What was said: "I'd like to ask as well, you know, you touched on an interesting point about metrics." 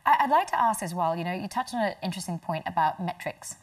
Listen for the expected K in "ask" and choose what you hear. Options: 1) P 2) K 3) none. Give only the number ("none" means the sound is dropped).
2